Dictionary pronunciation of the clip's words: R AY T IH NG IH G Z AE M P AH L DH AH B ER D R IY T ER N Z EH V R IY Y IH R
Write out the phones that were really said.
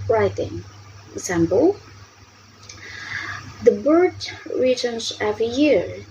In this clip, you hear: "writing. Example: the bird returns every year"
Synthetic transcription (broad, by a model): R AY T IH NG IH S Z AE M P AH L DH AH B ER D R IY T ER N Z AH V IY Y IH R